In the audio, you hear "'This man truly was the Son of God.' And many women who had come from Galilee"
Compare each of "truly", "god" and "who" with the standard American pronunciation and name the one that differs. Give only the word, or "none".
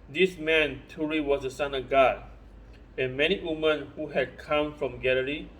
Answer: truly